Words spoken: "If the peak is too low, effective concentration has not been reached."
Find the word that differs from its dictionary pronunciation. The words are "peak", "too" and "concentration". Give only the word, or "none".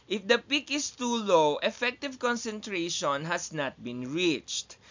none